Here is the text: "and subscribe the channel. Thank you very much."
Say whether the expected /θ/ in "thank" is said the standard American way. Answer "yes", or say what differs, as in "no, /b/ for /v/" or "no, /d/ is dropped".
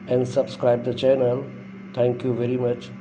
no, /t/ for /θ/